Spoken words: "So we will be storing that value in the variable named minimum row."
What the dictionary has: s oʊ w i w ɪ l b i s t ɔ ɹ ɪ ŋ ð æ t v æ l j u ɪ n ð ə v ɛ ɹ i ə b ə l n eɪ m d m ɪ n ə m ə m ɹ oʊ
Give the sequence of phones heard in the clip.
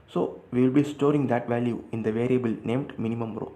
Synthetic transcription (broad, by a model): s oʊ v i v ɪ l b i s t ɔ ɹ ɪ ŋ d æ t v æ l j u ɪ n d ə v ɛ ɹ i ə b ə l n eɪ m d m ɪ n ə m ə m ɹ oʊ